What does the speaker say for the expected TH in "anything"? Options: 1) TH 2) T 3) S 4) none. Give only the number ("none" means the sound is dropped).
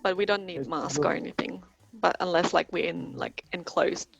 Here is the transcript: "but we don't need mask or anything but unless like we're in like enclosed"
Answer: 1